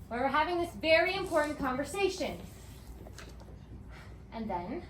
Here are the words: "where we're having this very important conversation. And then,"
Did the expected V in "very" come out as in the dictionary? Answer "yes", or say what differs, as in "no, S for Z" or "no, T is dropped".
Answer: yes